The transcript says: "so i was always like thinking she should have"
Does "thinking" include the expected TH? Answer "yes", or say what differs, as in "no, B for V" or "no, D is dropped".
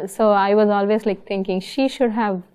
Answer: no, T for TH